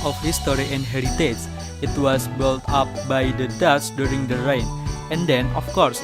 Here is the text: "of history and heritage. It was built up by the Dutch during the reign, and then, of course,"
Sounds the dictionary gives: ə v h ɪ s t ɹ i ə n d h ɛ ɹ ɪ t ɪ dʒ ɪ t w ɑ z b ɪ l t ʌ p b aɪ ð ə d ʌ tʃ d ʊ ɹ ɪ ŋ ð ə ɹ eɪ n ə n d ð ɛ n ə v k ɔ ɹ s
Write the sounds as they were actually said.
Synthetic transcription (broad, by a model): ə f h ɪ s t ɹ i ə n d h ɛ ɹ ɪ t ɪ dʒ ɪ t w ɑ s b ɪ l t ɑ p b aɪ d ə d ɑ s d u ɹ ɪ ŋ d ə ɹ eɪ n ə n d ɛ n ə f k ɔ ɹ s